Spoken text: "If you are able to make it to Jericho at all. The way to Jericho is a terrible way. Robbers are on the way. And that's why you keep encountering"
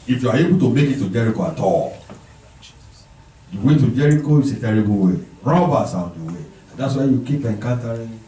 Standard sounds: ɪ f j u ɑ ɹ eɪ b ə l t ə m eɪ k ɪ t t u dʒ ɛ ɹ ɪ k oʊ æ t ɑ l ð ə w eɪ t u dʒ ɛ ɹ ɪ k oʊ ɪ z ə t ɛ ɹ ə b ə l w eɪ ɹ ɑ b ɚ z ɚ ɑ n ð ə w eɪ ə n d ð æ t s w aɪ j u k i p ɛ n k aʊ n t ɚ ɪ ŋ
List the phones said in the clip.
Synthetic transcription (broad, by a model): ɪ f j u ɑ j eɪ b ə t ə m eɪ k ɪ t t u dʒ ɛ ɹ ɪ k oʊ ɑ t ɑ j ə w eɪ t u dʒ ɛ ɹ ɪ k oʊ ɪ s ə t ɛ ɹ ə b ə w eɪ ɹ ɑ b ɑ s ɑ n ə w eɪ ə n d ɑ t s w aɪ j u k i p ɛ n k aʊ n t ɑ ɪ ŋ